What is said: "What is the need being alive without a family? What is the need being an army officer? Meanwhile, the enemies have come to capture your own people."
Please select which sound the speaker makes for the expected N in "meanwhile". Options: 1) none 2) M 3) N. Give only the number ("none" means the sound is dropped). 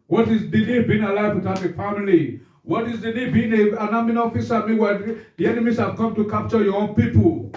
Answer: 1